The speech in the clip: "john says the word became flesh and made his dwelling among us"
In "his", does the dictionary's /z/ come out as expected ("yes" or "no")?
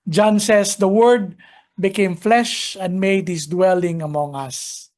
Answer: no